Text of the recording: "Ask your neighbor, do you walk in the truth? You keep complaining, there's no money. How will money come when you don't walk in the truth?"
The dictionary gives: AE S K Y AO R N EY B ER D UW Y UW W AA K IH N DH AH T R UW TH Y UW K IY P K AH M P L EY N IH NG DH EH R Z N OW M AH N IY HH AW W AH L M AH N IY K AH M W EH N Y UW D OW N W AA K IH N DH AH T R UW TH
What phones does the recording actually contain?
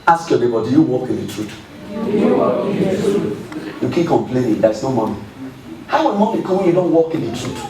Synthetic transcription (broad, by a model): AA S K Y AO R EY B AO D UW Y UW W AA K IH N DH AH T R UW T Y UW K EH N K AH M P L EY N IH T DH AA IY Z N OW M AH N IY HH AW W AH N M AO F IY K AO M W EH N Y UW D OW N W AA K IH N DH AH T R UW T